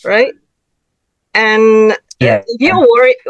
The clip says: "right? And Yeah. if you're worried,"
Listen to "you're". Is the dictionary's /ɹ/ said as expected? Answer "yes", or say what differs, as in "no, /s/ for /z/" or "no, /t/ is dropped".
no, /l/ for /ɹ/